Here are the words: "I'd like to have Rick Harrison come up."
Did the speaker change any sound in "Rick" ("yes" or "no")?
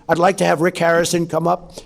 no